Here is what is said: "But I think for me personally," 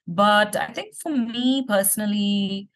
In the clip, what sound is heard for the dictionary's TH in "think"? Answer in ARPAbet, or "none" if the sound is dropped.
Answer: T